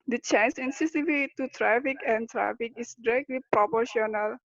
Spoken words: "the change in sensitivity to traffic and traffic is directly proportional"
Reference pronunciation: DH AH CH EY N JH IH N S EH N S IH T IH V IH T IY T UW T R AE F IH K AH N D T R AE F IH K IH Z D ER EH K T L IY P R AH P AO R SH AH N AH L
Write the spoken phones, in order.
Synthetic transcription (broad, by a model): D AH CH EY N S IH N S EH S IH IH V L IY T UW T R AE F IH K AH N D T R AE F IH K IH S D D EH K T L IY P R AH P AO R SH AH N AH L